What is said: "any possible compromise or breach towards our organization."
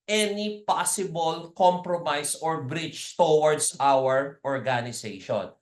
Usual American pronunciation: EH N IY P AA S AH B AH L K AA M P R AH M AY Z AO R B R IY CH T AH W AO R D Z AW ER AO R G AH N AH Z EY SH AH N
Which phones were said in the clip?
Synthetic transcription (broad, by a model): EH N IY P AA S AH B AH L K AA M P R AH M AY S AO R B R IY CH T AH W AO R D S AW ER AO R G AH N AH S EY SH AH N